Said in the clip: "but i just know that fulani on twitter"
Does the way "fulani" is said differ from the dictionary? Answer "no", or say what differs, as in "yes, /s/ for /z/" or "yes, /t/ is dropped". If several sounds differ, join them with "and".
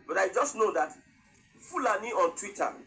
no